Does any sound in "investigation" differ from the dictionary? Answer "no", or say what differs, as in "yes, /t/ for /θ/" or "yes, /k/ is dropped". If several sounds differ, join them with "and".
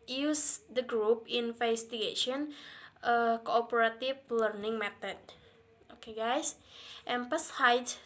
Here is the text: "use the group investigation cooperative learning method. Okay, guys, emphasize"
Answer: yes, /f/ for /v/